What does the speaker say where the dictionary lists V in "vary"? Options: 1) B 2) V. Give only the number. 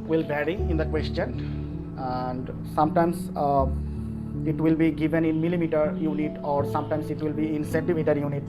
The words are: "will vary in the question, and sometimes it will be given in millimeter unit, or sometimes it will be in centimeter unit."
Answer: 1